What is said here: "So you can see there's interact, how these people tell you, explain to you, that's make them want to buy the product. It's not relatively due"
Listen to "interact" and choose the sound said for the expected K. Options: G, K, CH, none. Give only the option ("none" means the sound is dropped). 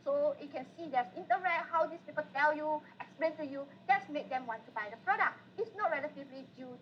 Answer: none